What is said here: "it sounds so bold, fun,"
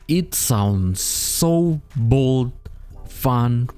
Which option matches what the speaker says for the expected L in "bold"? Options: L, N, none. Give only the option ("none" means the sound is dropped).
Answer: L